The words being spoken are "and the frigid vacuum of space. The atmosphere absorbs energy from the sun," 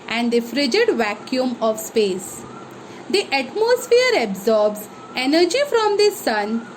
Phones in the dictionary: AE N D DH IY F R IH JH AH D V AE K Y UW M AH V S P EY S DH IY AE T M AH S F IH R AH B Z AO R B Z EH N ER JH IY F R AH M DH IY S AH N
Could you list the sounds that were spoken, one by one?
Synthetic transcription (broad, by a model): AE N D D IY F R IH JH AH D V AE K Y UW M AH V S P EY S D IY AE T M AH S F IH R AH B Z AO R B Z EH N ER JH IY F R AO M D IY S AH N